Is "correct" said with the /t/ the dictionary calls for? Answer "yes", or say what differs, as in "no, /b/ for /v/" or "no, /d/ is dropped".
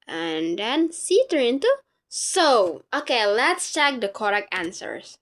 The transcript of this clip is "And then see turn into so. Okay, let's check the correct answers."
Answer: no, /t/ is dropped